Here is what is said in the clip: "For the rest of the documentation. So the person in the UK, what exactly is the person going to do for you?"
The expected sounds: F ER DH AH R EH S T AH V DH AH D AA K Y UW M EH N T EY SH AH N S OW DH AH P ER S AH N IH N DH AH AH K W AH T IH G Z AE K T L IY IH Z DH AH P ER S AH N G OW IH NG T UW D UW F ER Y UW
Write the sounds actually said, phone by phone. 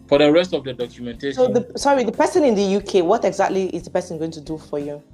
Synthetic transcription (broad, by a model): F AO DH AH R EH S T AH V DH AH D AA K Y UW M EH N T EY S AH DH S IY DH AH P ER S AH N IH N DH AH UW K W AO T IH G Z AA K T L IY IH Z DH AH P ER S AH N G OW IH NG T UW D UW F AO Y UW